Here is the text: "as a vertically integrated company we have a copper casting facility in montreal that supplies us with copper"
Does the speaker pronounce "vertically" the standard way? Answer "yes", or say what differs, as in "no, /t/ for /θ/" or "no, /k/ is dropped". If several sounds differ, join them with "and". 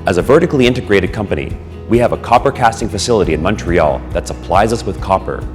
yes